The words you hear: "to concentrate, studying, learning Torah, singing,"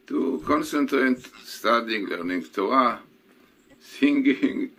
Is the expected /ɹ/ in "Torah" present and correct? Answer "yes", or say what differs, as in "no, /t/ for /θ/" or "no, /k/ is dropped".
no, /ɹ/ is dropped